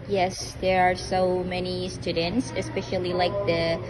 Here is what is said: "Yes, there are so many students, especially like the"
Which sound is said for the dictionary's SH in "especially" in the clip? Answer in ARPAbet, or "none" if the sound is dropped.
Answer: SH